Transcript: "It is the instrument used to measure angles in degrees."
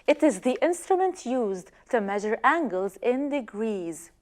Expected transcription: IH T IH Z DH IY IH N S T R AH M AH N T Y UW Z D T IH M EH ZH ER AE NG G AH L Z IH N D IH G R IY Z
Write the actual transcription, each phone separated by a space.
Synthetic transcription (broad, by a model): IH T IH Z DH IY IH N S T R AH M AH N T Y UW Z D T IH M EH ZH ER AE NG G AH L Z IH N D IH G R IY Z